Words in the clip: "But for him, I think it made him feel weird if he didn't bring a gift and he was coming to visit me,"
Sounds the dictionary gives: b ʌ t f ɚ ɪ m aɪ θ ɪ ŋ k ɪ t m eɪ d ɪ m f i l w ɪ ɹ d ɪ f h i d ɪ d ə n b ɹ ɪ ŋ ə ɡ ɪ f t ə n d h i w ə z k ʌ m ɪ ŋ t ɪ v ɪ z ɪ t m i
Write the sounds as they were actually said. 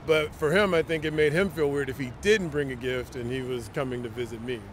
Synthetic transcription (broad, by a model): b ʌ t f ɚ ɪ m aɪ θ ɪ ŋ k ɪ t m eɪ d ɪ m f i l w ɪ ɹ d ɪ f h i d ɪ d n b ɹ ɪ ŋ ə ɡ ɪ f t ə n i w ə z k ʌ m ɪ ŋ t ɪ v ɪ z ɪ t m i